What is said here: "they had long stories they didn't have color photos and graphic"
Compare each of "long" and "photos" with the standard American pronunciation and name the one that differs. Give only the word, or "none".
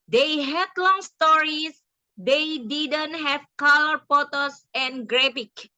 photos